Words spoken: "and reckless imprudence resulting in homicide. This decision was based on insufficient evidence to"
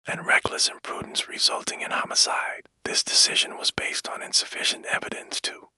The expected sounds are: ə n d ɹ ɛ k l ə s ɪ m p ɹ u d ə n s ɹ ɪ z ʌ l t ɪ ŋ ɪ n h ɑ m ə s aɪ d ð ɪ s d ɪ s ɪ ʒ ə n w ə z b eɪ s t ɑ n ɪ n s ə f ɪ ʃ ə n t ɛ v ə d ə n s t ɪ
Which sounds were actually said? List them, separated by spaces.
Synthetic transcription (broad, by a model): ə n ɹ ɛ k l ə s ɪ m p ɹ u d n s ɹ ɪ z ʌ l t ɪ ŋ ɪ n h ɑ m ə s aɪ d ð ɪ s d ɪ s ɪ ʒ ə n w ə z b eɪ s t n ɪ n s ə f ɪ ʃ ə n t ɛ v ə d ə n s t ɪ